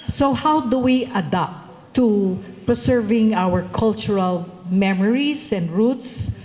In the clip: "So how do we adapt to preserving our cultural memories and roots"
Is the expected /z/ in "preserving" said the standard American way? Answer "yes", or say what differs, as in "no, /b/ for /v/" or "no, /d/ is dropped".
no, /s/ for /z/